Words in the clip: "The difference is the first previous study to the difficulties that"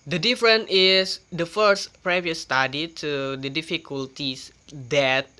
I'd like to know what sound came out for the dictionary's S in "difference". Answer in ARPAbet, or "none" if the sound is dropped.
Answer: none